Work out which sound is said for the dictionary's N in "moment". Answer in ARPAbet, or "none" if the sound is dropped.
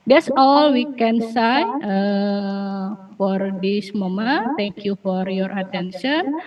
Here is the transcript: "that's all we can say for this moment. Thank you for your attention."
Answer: none